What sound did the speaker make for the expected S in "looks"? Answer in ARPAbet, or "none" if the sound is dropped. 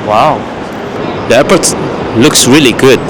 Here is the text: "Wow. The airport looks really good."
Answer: S